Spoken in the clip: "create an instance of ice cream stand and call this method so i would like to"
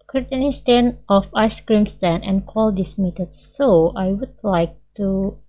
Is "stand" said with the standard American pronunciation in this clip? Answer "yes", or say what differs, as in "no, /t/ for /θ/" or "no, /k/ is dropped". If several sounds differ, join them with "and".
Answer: no, /d/ is dropped